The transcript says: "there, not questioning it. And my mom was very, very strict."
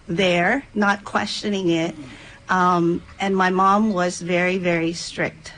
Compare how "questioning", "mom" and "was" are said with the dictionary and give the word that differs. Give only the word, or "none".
none